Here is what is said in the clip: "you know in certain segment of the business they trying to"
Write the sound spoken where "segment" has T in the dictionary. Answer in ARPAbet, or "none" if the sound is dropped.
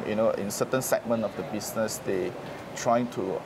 none